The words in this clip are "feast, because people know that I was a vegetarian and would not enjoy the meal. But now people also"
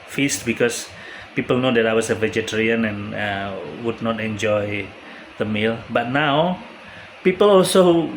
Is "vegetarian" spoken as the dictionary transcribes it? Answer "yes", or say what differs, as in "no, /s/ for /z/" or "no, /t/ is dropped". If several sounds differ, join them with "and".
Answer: yes